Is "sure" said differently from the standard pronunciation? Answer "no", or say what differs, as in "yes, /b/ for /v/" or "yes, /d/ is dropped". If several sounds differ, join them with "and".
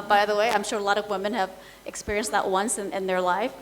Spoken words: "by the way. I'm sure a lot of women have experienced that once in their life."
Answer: no